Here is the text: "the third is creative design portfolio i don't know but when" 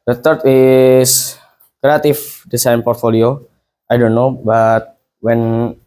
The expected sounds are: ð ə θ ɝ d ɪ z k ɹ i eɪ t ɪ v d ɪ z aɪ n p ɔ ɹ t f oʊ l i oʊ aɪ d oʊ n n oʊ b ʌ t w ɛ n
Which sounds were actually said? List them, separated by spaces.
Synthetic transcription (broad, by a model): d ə t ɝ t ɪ s k ɹ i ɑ t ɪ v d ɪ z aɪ n p ɔ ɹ t f oʊ l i oʊ aɪ d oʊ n n oʊ b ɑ t w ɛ n